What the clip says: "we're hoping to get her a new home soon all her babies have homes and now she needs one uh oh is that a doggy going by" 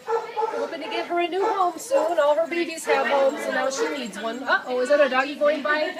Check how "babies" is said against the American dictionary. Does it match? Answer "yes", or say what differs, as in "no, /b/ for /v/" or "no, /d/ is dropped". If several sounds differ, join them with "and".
no, /s/ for /z/